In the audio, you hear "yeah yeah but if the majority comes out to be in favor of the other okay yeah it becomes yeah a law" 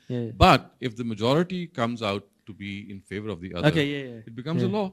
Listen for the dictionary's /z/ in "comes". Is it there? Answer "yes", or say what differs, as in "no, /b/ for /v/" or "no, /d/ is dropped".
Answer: yes